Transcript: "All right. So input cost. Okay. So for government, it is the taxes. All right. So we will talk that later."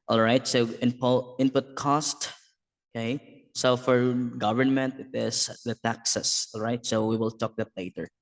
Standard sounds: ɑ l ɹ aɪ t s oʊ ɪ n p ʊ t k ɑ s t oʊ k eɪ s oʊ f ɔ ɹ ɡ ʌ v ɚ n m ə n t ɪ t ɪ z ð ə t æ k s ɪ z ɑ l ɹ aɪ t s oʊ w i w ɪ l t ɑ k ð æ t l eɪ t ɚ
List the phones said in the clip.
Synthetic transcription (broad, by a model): ɑ l ɹ aɪ t s oʊ ɪ n p ʊ t k ɑ s t oʊ k eɪ s oʊ f ɔ ɹ ɡ ʌ v ɚ n m ə n t ɪ t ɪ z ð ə t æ k s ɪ s ɑ l ɹ aɪ t s oʊ w i w ɪ l t ɑ k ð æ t l eɪ t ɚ